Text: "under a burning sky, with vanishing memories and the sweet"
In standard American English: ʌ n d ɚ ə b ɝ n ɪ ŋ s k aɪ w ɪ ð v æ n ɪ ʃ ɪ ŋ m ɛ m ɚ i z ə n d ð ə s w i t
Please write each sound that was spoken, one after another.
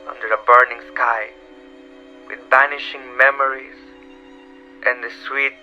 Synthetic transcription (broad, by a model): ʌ n d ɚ ə b ɝ n ɪ ŋ s k aɪ w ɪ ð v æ n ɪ ʃ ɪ ŋ m ɛ m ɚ i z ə n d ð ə s w i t